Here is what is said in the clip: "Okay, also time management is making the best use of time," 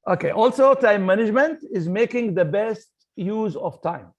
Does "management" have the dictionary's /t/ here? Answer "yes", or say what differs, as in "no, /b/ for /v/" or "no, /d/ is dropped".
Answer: yes